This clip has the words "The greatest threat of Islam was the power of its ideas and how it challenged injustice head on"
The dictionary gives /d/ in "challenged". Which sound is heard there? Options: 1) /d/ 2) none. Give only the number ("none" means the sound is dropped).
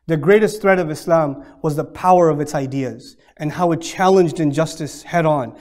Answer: 1